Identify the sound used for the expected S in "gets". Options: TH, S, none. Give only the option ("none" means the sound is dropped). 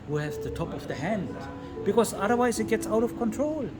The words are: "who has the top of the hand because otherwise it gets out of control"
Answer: S